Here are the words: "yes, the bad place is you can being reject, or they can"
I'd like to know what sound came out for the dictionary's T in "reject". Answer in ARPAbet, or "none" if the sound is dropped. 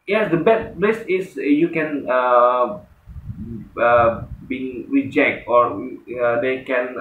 T